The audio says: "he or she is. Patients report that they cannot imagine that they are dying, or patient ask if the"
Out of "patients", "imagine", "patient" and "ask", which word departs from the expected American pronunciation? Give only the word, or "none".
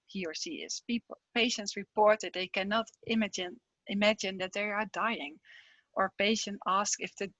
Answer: none